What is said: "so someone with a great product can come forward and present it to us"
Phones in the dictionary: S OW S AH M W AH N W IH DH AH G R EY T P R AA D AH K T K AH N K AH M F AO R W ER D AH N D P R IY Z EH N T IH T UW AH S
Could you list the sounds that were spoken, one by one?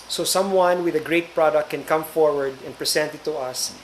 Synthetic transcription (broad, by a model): S OW S AH M W AH N W IH DH AH G R EY T P R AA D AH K K AH N K AH M F AO R W ER D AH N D P R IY S EH N T IH T UW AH S